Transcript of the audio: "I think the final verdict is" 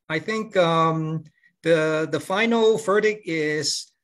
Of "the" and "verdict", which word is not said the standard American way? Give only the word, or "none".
verdict